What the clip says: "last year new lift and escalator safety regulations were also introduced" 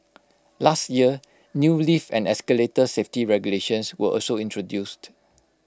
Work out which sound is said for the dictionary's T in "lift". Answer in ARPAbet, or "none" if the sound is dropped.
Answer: none